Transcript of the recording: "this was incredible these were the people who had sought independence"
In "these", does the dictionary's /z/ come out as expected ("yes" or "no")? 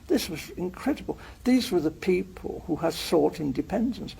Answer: yes